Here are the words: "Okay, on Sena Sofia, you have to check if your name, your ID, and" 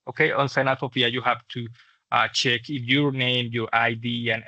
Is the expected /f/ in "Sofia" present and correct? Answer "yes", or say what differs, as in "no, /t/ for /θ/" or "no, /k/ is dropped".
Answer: no, /p/ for /f/